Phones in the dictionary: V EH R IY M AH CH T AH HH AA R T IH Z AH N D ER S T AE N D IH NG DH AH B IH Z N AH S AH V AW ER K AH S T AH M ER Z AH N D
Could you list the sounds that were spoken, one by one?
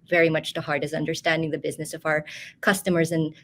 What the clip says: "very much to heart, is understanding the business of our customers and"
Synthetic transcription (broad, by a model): V EH R IY M AH CH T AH HH AA R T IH S AH N D ER S T AE N D IH NG DH AH B IH Z N AH S AH V AW ER K AH S T AH M ER Z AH N